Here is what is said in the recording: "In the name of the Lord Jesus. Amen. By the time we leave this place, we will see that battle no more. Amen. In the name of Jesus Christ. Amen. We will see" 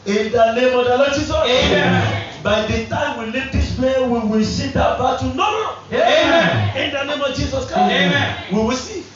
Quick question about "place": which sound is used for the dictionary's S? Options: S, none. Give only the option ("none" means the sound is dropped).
none